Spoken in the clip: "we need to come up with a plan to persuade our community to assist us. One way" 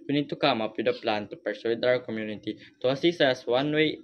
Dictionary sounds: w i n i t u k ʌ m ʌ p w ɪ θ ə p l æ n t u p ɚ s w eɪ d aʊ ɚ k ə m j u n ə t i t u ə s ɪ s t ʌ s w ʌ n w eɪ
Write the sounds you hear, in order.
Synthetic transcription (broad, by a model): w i n i t u k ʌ m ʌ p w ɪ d ə p l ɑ n t u p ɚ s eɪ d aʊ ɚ k ə m j u n ə t i t u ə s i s ʌ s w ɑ n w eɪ